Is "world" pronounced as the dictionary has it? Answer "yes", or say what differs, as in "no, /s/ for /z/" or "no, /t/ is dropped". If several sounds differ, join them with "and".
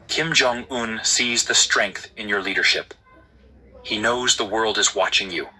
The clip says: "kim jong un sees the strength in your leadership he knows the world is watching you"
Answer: yes